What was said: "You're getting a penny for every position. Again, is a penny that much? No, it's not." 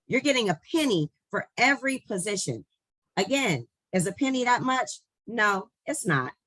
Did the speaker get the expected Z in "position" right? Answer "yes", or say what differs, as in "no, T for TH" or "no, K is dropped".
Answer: yes